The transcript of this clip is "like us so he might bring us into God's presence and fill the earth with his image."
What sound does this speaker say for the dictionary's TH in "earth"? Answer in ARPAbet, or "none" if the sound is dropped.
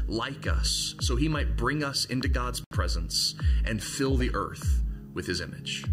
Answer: TH